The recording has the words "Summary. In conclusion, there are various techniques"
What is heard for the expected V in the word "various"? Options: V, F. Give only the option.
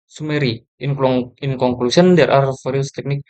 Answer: F